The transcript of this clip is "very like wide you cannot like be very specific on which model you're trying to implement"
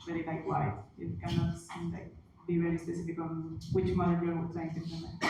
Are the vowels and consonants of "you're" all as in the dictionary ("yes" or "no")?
no